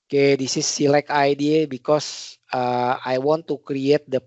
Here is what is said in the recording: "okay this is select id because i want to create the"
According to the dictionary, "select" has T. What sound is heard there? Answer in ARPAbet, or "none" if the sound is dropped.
none